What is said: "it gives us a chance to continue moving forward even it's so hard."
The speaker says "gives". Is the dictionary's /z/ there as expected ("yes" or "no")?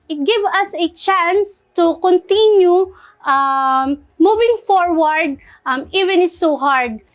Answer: no